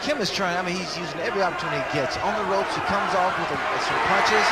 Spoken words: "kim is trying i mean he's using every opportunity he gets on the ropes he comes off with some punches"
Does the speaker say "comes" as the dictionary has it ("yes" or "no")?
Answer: yes